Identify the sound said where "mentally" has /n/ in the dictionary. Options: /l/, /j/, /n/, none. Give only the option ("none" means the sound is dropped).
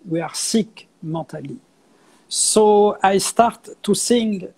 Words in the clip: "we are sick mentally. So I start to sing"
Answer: none